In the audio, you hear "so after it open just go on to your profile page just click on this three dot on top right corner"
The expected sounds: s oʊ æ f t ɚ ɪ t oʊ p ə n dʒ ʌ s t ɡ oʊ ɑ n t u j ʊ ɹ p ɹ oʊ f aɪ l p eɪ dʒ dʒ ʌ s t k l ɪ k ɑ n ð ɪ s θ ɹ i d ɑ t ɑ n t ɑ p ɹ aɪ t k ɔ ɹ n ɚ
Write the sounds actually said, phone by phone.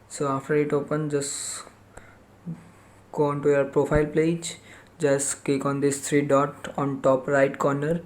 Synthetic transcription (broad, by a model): s oʊ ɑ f t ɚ ɪ t oʊ p ə n dʒ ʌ s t ɡ oʊ ɑ n t u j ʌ ɹ p ɹ oʊ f aɪ l p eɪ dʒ dʒ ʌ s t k ɛ k ɑ n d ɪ s t ɹ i d ɑ t ɑ n t ɑ p ɹ aɪ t k ɔ ɹ n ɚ